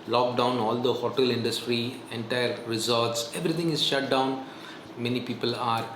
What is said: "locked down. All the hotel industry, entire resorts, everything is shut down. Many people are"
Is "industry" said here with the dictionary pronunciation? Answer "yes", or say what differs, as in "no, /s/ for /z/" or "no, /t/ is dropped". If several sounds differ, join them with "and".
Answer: yes